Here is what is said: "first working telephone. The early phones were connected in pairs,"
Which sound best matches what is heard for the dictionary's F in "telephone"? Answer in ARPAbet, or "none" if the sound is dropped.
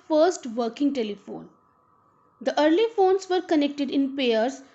F